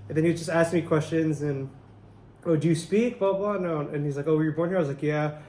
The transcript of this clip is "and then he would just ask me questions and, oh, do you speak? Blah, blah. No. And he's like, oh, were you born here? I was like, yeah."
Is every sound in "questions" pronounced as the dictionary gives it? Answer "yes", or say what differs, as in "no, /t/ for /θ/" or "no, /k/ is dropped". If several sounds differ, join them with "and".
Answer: yes